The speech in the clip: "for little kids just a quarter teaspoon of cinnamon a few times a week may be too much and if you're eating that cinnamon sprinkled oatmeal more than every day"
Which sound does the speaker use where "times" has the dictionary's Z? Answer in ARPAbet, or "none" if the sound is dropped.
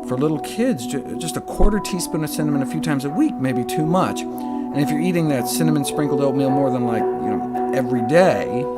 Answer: Z